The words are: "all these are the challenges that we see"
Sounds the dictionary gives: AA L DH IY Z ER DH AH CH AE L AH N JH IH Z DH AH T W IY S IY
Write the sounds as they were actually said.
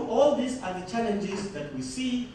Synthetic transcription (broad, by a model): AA L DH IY S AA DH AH CH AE L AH N JH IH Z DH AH T W IY S IY